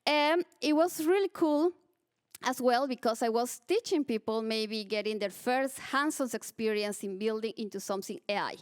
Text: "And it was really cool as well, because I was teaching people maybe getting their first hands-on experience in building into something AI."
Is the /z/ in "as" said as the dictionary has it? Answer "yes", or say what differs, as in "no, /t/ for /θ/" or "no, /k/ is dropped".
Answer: no, /s/ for /z/